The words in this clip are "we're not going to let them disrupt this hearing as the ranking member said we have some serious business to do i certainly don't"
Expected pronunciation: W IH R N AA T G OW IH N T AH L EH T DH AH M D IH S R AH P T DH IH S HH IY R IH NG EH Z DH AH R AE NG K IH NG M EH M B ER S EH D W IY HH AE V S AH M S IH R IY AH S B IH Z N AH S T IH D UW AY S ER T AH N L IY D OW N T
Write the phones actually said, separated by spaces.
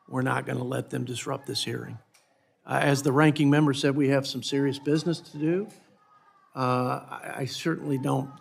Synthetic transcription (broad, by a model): W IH R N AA T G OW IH N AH L EH T DH AH M D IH S R AH P DH IH S HH IY R IH NG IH Z DH AH R AE NG K IH NG M EH M B ER S EH D W IY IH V S AH M S IH R IY AH S B IH Z N AH S T IH D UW AY S ER T N L IY D OW N T